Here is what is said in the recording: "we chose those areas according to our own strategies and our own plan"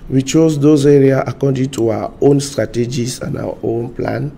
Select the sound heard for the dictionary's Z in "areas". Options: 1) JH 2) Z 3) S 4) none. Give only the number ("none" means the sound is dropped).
4